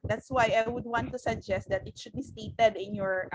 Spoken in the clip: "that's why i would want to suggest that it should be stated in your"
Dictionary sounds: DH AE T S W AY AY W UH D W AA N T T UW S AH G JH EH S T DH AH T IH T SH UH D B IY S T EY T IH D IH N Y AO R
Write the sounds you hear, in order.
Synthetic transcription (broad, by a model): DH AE T S W AY AY W UH D W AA N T T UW S AH G JH EH S T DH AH T IH T SH UH D B IY S T EY T IH D IH N Y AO R